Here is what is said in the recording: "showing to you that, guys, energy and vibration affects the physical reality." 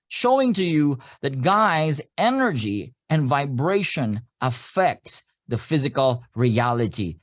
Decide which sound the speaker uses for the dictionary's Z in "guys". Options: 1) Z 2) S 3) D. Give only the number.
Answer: 1